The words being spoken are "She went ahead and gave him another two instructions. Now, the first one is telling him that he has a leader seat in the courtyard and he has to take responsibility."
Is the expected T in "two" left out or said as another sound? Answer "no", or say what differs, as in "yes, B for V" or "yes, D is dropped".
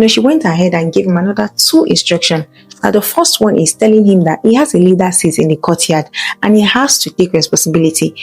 no